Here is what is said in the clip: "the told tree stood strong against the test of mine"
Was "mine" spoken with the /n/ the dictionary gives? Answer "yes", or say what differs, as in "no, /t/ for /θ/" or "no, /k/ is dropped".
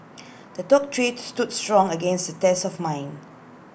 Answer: yes